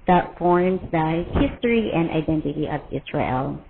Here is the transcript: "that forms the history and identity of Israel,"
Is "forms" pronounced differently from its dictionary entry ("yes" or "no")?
no